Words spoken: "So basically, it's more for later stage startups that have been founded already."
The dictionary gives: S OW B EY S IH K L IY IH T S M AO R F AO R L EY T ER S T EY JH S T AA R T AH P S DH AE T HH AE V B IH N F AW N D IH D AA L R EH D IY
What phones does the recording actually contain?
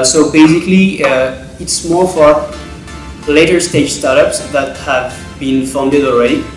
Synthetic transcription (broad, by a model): S OW B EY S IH K L IY IH T S M AO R F AO R L EY T ER S T EY JH S T AA R T AH P S DH AE T HH AE V B IH N F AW N D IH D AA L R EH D IY